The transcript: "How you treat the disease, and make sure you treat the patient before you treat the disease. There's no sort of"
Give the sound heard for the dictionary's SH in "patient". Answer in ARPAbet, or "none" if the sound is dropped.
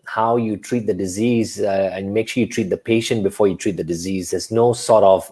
SH